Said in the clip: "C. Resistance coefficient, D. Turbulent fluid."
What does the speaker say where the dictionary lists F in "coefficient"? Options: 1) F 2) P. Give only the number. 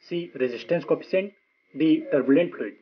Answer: 2